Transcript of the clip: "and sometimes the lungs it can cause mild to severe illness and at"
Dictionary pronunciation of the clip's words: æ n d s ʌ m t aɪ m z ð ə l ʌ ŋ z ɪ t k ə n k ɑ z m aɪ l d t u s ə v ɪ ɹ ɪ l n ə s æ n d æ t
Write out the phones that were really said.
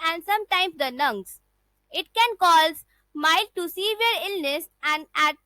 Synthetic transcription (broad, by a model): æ n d s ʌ m t aɪ m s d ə n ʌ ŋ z ɪ t k ə n k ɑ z m aɪ l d t u s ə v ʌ ɹ ɪ l n ə s æ n d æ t